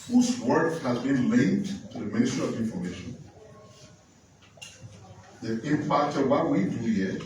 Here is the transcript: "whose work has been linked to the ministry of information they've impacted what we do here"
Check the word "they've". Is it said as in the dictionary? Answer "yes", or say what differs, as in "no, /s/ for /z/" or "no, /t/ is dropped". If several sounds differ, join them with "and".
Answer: no, /v/ is dropped